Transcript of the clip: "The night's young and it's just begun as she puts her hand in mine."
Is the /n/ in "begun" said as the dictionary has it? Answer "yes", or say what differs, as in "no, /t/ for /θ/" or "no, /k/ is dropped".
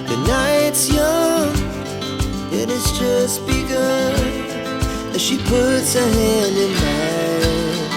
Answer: no, /n/ is dropped